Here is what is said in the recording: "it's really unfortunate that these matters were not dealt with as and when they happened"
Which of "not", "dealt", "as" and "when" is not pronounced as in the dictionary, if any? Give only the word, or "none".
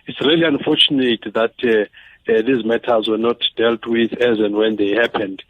none